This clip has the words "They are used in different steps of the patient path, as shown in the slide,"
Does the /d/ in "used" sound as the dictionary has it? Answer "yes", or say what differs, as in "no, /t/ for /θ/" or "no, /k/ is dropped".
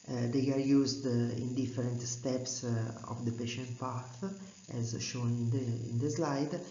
yes